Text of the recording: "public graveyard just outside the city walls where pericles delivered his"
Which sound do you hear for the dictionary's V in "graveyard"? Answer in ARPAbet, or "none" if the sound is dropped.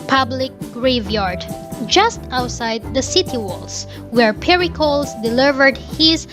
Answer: V